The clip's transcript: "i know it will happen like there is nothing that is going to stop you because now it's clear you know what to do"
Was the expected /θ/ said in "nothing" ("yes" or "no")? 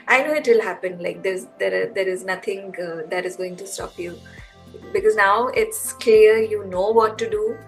no